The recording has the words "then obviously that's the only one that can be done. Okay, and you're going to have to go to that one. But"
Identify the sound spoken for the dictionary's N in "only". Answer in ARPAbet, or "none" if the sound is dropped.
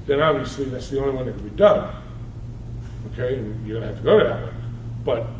none